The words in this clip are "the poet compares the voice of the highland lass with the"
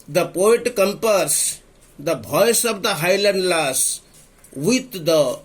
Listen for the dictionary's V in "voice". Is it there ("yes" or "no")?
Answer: no